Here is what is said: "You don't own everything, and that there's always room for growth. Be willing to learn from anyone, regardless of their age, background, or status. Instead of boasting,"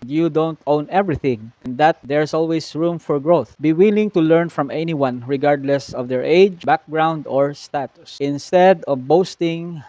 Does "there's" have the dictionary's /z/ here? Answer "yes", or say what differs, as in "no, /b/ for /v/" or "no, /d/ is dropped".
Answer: no, /s/ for /z/